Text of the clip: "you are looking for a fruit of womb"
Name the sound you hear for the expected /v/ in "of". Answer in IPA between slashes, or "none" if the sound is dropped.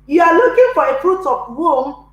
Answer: /p/